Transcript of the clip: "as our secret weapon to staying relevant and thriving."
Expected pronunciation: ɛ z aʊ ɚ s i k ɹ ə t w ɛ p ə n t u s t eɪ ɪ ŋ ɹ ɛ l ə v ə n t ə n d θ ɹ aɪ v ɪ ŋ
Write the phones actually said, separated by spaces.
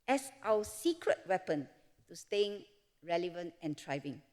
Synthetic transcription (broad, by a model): ɛ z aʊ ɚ s i k ɹ ə t w ɛ p ə n t u s t eɪ ɪ ŋ ɹ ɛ l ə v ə n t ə n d ɹ aɪ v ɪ ŋ